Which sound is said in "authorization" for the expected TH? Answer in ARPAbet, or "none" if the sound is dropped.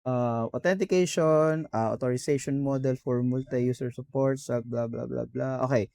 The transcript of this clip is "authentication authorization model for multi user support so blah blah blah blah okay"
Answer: T